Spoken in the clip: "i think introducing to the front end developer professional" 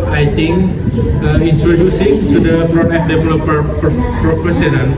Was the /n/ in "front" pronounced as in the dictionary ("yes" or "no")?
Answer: no